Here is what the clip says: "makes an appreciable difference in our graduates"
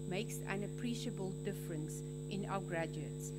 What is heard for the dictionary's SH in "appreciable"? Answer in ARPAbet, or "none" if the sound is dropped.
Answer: SH